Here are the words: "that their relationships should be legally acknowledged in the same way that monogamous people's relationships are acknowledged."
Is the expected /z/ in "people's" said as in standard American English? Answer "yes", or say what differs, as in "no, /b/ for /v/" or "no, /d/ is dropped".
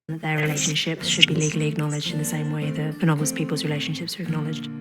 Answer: yes